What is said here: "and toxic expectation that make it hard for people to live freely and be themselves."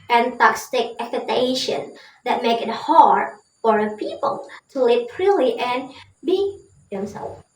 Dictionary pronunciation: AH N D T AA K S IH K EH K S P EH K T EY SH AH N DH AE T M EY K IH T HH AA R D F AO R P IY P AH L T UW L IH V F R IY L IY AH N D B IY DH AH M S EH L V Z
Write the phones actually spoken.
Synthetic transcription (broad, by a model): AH N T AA K S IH K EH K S EH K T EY SH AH N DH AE T M EY K IH T HH AA R D F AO R P IY P AH L T UW L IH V P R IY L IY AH N B IY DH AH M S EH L